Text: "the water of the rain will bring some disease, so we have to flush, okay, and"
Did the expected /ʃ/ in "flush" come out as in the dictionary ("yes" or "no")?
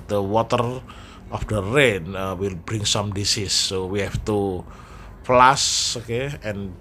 no